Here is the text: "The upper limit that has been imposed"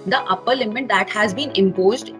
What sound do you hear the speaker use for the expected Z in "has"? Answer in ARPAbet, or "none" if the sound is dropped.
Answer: Z